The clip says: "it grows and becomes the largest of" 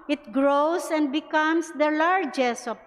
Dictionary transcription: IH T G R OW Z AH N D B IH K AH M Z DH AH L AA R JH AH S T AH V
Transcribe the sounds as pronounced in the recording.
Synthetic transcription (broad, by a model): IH T G R OW S AH N D B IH K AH M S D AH L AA R JH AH S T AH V